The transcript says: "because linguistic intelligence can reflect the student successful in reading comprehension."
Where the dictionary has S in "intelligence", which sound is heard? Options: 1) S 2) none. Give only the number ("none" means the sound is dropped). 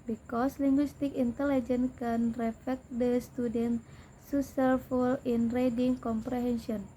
2